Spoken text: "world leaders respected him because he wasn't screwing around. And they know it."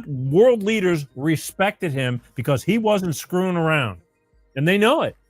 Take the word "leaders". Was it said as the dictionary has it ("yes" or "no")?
yes